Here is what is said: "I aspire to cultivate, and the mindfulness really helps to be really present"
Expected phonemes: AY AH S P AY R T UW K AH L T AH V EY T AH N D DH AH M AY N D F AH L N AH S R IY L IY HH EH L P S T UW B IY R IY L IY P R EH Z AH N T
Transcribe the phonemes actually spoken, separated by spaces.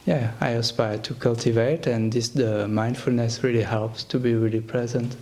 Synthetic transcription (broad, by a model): AY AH S P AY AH T UW K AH L T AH V EY T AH N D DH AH M AY N D F AH L N AH S R IY L IY HH EH L P S T UW B IY R IY L IY P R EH Z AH N T